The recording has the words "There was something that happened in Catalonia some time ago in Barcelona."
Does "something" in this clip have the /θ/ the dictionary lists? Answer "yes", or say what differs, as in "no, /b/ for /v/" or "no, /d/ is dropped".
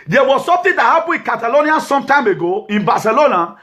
no, /t/ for /θ/